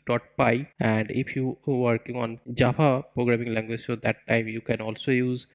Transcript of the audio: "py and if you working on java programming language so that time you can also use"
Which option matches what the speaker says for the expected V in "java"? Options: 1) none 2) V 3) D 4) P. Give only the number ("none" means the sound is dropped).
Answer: 4